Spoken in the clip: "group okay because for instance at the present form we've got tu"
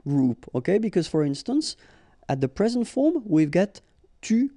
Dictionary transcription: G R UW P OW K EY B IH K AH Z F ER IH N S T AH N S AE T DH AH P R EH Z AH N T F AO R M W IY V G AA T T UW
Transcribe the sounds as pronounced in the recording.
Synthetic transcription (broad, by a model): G R UW P OW K EY B IH K AH Z F ER IH N S T AH N S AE T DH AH P R EH Z AH N T F AO R M W IY V G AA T T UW